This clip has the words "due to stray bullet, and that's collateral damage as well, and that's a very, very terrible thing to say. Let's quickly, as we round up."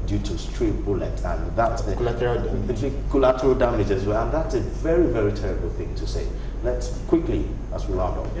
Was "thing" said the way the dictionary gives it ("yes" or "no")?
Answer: yes